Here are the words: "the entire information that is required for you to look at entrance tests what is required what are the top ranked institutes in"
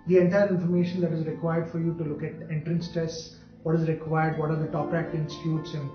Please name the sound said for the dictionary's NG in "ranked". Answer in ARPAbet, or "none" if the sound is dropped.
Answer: none